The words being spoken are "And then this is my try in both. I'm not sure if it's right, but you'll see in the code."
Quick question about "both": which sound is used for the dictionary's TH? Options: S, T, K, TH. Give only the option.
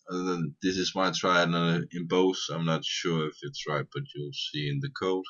S